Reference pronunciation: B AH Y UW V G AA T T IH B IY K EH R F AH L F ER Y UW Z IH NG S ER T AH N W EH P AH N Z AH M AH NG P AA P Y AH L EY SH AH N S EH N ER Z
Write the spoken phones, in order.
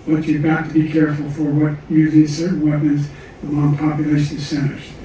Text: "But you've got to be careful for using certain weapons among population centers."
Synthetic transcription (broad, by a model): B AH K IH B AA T T IH B IY K EH R F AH L F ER Y UW Z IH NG S ER T N W EH P AH N Z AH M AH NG P AA P Y AH L EY SH AH N S EH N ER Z